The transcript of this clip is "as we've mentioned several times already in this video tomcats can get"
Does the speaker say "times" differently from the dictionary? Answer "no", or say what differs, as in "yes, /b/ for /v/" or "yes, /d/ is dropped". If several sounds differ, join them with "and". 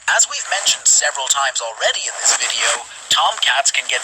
no